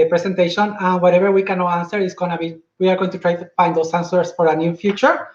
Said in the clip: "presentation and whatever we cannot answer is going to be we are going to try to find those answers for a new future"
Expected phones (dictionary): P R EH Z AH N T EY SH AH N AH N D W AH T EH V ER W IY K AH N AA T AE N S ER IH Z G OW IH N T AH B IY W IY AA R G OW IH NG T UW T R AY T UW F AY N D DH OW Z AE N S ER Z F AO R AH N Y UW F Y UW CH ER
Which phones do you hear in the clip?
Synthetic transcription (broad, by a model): P R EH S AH N T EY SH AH N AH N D W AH T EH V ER W IY K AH N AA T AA N S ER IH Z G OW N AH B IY W IY AA R G OW IH NG T UW T R AY T UW F AY N D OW S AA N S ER S F AO R AH N Y UW F Y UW CH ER